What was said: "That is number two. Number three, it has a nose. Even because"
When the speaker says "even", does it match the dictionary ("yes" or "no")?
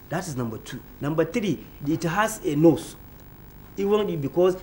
no